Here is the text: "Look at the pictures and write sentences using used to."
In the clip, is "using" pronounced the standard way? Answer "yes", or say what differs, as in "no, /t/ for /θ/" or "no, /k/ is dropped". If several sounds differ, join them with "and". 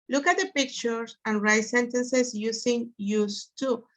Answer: no, /s/ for /z/